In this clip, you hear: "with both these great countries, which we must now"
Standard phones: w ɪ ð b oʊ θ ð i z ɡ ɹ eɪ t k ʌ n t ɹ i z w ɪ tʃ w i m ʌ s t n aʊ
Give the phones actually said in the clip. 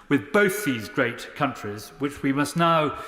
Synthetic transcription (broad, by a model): w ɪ ð b oʊ θ ð i z ɡ ɹ eɪ t k ʌ n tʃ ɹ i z w ɪ tʃ w i m ʌ s t n aʊ